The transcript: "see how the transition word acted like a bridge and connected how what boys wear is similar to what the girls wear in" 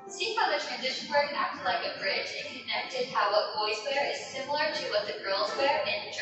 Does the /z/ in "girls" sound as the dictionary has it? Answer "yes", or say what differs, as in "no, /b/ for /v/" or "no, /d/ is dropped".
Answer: yes